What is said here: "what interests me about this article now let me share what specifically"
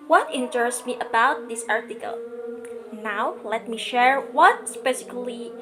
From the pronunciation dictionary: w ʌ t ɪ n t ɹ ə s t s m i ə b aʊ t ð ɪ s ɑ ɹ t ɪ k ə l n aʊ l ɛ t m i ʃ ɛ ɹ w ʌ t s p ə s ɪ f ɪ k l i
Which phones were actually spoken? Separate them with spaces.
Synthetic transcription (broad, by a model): w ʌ t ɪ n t ə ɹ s m i ə b aʊ t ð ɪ s ɑ ɹ t ɪ k ə l n aʊ l ɛ t m i ʃ ɛ ɹ w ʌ t s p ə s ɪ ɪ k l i